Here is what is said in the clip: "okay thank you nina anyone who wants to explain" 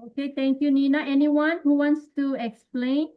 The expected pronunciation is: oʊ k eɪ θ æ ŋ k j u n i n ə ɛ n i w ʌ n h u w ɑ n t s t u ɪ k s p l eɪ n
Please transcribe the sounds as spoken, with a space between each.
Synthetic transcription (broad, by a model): oʊ k eɪ t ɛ ŋ k j u n i n ə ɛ n i w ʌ n h u w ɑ n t s t u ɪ k s p l eɪ n